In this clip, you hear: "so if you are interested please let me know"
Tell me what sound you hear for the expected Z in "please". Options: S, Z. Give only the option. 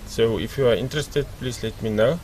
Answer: S